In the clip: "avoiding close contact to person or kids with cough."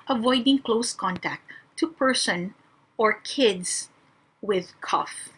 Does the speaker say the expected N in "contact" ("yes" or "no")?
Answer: yes